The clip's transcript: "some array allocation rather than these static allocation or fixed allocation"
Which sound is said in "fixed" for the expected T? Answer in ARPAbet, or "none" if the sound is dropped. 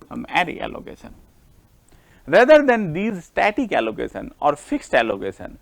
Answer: T